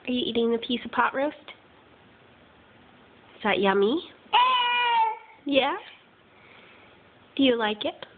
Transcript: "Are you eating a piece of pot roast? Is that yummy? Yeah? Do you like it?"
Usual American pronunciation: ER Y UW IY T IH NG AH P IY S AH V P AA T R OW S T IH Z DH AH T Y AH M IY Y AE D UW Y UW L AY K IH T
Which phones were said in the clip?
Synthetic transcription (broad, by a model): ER Y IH IY T IH NG AH P IY S AH V P AA T R OW S T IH S DH AH T Y AH M IY Y AE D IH Y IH L AY K IH T